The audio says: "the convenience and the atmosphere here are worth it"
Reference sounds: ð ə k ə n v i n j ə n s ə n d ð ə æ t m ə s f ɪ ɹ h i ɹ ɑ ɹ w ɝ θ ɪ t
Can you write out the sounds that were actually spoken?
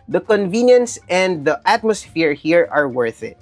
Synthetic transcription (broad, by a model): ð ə k ə n v i n j ə n s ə n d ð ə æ t m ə s f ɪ ɹ h i ɹ ɑ ɹ w ɝ θ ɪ t